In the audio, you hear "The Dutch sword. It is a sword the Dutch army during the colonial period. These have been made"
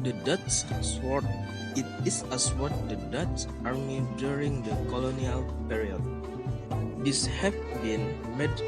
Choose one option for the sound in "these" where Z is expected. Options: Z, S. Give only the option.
S